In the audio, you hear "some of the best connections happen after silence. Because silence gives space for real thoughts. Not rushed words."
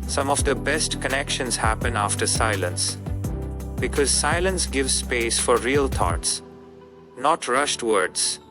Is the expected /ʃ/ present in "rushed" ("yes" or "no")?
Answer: yes